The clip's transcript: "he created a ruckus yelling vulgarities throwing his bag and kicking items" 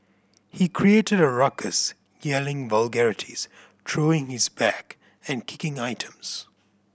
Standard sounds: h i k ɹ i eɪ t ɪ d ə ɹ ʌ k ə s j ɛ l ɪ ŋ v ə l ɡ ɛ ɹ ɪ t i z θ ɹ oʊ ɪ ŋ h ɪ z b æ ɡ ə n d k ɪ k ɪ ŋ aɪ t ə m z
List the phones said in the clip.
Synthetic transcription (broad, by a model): h i k ɹ i eɪ t ɪ d ə ɹ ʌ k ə s j ɛ l ɪ ŋ v ə l ɡ ɛ ɹ ɪ t i z t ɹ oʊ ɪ ŋ h ɪ z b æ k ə n k ɪ k ɪ ŋ aɪ t ə m z